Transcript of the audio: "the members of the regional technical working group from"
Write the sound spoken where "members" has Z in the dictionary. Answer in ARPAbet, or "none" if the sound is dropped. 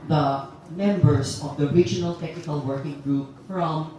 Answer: S